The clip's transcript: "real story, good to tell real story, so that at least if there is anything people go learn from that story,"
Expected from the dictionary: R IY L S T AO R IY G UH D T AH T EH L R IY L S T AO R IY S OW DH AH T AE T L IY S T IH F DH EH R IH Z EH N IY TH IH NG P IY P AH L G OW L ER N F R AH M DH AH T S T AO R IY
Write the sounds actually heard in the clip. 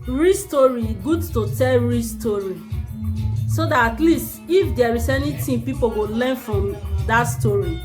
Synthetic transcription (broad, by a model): R IY S T AO R IY G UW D T AH T EH L R IY S T AO R IY S OW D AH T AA T L IY S T IH F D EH R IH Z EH N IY T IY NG P IY P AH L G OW L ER N F R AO M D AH T S T AO R IY